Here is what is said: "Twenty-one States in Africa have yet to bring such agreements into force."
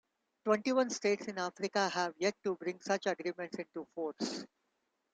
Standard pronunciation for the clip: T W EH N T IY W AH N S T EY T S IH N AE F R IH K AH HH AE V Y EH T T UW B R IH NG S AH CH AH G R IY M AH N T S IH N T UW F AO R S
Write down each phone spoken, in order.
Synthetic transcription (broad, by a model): T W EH N T IY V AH N S T EY T S IH N AE F R IH K AH HH AE V Y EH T T UW B R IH NG S AH CH AH G R IY M AH N T S IH N T UW F AO R S